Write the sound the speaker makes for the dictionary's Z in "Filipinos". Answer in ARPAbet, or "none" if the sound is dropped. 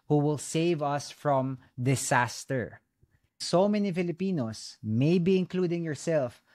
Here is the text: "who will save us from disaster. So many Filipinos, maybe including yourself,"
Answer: S